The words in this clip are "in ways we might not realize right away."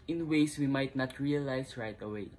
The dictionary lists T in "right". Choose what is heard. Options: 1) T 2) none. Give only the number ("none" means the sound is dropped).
1